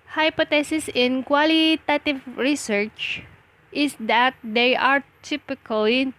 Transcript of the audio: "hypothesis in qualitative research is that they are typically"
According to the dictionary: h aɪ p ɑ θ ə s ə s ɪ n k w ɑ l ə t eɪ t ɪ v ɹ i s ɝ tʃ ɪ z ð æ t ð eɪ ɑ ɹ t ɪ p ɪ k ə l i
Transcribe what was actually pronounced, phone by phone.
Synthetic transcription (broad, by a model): h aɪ p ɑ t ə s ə s ɪ n k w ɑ l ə t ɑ t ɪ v ɹ i s ɝ tʃ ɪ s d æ t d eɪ ɑ ɹ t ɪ p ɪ k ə l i